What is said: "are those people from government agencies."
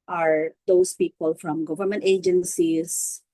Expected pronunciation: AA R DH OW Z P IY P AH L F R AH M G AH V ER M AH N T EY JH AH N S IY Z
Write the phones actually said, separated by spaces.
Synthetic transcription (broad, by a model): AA R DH OW S P IY P AH L F R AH M G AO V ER M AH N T EY JH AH N S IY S